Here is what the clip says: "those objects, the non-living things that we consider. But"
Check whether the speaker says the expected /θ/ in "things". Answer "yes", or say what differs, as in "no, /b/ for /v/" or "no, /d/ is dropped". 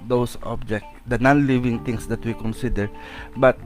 no, /t/ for /θ/